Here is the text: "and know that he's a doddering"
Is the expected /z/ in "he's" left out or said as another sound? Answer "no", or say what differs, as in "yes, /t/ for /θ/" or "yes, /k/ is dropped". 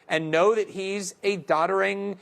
no